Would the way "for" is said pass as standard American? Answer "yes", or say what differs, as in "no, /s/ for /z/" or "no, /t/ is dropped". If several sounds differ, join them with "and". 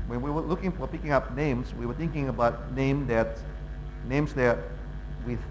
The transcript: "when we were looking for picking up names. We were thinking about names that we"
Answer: yes